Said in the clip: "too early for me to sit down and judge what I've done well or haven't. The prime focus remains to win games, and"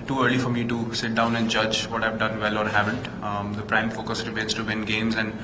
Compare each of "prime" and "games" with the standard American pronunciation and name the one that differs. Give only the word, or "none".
none